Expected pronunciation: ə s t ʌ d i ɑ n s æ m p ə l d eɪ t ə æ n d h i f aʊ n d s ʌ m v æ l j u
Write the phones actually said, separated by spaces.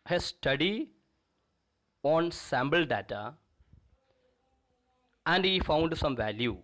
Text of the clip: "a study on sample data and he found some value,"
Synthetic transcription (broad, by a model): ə s t ʌ d i ɑ n s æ m b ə l d eɪ t ə æ n d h i f aʊ n d s ʌ m v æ l j u